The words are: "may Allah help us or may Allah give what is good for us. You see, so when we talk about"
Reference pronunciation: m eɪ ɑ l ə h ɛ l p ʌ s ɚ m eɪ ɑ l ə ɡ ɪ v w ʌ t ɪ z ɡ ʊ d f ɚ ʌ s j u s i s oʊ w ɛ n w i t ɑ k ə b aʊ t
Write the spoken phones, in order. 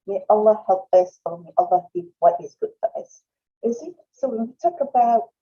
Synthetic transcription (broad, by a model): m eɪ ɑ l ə h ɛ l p ʌ s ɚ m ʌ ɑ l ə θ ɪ p w ʌ t ɪ z ɡ ʊ d f ɚ ʌ s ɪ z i s oʊ w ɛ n w i t ɑ k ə b aʊ t